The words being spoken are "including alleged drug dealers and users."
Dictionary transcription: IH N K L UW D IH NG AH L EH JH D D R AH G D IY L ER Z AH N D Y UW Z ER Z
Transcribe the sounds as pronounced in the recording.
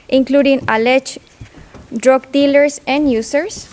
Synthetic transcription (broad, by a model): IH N K L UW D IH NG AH L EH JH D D R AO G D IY L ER S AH N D Y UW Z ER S